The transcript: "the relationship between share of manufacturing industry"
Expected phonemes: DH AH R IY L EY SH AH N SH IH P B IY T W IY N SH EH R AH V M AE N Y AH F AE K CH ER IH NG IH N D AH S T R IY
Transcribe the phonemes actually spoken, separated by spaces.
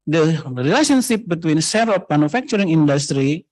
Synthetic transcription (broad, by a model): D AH R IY L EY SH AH N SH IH P B IY T W IY N S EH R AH F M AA N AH F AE K CH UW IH NG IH N D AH S T R IY